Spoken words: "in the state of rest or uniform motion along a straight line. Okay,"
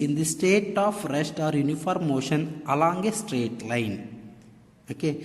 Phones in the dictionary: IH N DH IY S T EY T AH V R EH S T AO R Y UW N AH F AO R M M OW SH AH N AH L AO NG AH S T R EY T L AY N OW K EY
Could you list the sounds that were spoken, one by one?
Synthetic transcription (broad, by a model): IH N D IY S T EY T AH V R EH S T AO R Y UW N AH F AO R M M OW SH AH N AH L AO NG AH S T R EY T L AY N OW K EY